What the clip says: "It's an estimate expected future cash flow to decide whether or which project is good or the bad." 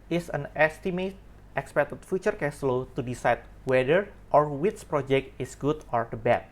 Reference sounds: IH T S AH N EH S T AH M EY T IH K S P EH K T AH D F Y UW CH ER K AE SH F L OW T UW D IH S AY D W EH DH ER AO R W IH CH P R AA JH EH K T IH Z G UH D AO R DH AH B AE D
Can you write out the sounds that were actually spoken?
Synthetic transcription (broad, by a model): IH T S AH N EH S T AH M EY T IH K S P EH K T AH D F Y UW CH ER K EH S L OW T UW D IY S AY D W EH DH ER AO R W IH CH P R AA JH EH K T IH S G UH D AO R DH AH B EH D